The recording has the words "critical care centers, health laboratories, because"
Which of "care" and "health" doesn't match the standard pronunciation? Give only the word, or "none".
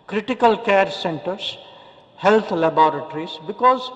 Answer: health